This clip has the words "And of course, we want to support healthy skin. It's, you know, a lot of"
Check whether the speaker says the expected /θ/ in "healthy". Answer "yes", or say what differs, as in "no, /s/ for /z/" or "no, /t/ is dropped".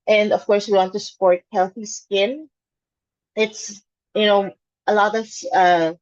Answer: yes